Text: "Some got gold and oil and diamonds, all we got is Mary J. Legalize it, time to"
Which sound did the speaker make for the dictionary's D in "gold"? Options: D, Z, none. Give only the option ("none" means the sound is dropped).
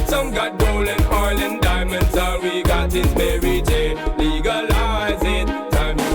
none